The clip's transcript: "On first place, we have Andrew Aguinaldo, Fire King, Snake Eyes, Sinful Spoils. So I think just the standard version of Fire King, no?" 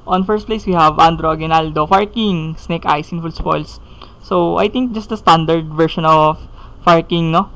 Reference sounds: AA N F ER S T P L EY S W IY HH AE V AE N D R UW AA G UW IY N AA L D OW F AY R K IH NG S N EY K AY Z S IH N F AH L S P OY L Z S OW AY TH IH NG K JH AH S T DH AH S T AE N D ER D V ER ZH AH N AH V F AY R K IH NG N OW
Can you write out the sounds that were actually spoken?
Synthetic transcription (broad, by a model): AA N F ER S T P L EY S W IY HH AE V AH N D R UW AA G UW N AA L D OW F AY R K IH NG S N EY K AY S IH N F AH L S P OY L S OW AY T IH NG K JH AH S T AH S T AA N D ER D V ER SH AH N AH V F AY R K IH NG N OW